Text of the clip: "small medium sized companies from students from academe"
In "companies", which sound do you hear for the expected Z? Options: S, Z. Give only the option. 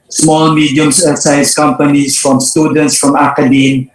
S